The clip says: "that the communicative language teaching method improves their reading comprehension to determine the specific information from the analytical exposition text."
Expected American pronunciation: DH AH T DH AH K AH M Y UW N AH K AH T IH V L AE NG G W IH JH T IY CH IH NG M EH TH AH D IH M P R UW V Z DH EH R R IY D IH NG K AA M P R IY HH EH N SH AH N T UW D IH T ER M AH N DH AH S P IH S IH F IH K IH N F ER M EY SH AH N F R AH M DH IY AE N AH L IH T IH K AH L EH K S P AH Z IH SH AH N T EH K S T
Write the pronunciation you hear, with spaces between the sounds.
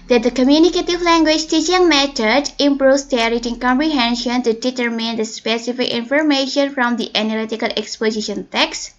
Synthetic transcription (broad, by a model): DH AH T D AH K AH M Y UW N AH K AH T IH V L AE NG G W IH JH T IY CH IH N M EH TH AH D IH M P R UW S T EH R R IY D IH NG K AA M P R IY HH EH N SH AH N T UW D IH T ER M AH N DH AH S P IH S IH F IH K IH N F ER M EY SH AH N F R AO M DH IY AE N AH L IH T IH K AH L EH K S P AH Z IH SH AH N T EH K S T